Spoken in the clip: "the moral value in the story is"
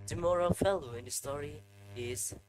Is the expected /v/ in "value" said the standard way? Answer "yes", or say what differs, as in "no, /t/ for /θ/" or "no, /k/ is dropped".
no, /f/ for /v/